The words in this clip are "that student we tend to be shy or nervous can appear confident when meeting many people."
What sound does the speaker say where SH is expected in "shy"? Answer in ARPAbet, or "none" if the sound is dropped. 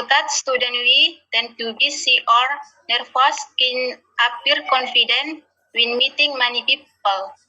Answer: S